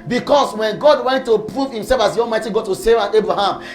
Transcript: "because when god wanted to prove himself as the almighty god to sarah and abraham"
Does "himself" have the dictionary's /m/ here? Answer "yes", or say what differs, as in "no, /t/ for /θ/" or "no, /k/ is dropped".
yes